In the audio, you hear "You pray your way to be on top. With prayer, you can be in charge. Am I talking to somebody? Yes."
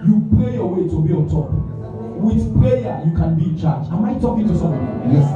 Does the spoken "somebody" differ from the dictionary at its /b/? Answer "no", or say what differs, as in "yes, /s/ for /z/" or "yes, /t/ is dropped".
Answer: yes, /b/ is dropped